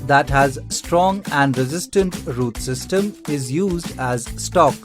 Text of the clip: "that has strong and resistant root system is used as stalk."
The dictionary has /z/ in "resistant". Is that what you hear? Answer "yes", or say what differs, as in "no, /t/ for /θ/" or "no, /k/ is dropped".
yes